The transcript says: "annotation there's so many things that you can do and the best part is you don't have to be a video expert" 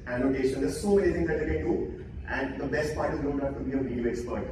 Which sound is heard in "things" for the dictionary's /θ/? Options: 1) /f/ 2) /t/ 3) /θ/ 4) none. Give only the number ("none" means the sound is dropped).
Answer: 2